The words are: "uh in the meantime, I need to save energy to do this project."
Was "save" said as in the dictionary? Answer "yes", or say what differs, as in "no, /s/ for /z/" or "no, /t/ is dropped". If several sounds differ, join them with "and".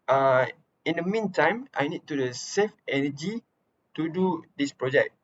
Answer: no, /f/ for /v/